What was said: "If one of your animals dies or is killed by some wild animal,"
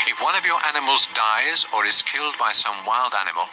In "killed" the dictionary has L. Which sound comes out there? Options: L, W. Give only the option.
L